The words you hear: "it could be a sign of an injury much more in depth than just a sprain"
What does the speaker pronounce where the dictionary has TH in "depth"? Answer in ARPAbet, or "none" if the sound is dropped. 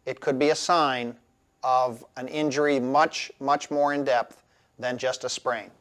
TH